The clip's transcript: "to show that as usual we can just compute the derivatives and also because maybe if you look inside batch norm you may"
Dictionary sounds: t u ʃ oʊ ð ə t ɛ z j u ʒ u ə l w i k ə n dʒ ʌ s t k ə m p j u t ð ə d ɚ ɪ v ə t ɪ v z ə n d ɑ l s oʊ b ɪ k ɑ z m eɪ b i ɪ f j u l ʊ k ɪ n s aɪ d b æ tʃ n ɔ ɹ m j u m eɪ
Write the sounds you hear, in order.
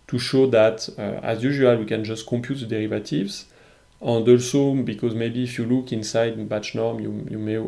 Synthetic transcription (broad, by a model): t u ʃ oʊ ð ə t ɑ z j u ʒ u ə l w i k ə n dʒ ʌ s t k ə m p j u t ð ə d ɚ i v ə t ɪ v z ə n d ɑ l s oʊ b ɪ k ɑ z m eɪ b i f j u l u k ɪ n s aɪ d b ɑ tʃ n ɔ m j j u m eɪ